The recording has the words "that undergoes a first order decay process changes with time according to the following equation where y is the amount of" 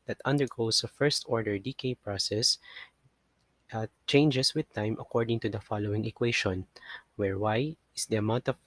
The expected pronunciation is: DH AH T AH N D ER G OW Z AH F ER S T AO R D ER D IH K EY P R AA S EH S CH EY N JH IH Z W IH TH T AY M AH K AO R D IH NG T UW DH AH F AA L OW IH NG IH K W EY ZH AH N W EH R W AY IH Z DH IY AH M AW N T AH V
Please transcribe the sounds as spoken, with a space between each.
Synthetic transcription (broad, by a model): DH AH T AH N D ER G OW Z AH F ER S T AO R D ER D IH K EY P R AA S EH S CH EY N JH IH S W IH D T AY M AH K AO R D IH NG T UW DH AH F AA L OW IH NG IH K W EY SH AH N W EH R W AY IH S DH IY AH M AW N T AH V